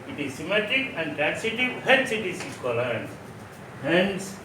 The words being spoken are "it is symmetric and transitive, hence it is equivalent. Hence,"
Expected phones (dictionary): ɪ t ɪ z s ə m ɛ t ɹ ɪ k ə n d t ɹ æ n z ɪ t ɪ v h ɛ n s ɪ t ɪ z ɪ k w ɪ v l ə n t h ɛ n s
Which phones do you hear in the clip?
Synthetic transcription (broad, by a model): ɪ t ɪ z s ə m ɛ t ɪ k ə n d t ɹ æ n s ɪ t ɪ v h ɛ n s ɪ t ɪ s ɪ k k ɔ l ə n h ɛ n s